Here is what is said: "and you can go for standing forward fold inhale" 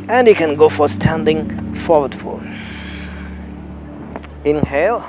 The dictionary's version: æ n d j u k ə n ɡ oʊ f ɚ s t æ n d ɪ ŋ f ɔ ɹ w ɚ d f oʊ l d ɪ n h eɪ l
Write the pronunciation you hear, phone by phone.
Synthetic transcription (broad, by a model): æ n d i k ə n ɡ oʊ f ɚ s t æ n d ɪ ŋ f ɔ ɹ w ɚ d f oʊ l ɪ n h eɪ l